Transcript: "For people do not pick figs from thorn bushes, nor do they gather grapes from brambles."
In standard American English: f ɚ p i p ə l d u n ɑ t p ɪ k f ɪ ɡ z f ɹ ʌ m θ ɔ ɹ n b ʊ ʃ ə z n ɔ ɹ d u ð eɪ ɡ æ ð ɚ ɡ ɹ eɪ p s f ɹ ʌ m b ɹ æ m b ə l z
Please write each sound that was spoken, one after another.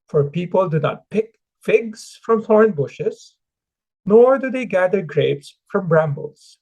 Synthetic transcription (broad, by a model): f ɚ p i p ə l d u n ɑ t p ɪ k f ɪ ɡ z f ɹ ʌ m f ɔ ɹ n b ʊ ʃ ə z n ɔ ɹ d u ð eɪ ɡ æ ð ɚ ɡ ɹ eɪ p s f ɹ ʌ m b ɹ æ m b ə l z